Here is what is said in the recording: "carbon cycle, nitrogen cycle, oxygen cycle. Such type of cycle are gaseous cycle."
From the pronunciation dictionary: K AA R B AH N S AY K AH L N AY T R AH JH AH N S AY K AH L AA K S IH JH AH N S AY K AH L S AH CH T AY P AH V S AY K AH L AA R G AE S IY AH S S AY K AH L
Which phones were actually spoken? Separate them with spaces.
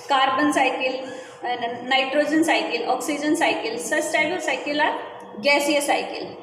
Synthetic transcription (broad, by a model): K AA R B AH N S AY K AH L N AY T R AH JH AH N S AY K AH L AA K S IH JH AH N S AY K AH L S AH S T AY B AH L S AY K AH L AA R G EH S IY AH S S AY K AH L